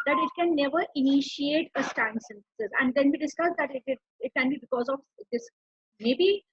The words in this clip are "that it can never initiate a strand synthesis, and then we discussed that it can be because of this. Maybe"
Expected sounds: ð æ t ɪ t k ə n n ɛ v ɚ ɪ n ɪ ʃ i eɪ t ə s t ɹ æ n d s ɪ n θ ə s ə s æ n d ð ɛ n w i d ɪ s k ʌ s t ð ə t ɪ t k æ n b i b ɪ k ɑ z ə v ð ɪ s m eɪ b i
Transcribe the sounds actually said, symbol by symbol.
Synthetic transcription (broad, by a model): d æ t ɪ t k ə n n ɛ v ɚ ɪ n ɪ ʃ i eɪ t ə s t æ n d s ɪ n t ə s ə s æ n d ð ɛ n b i d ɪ s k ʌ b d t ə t ɪ t k æ n b i b ɪ k ɑ z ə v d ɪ s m eɪ b i